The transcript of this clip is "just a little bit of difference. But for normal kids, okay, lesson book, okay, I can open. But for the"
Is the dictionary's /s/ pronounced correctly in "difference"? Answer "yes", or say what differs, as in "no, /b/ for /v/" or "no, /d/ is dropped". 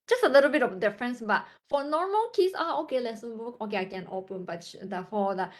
yes